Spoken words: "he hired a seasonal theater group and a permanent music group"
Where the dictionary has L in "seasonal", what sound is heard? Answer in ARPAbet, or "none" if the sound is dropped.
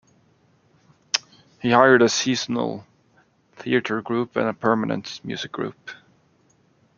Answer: L